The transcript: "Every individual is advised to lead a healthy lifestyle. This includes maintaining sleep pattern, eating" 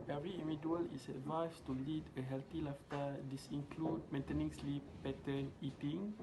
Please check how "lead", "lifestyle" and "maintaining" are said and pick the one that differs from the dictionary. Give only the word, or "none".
lifestyle